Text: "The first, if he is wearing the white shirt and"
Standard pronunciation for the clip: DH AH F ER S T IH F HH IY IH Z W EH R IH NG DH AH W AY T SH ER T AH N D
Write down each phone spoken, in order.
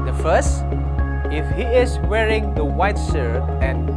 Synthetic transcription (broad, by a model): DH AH F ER S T IH F HH IY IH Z W EH R IH NG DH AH W AY T S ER AH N